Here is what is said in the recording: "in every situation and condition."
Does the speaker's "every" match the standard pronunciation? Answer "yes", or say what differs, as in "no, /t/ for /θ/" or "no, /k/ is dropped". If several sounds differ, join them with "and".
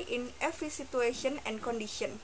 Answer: no, /f/ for /v/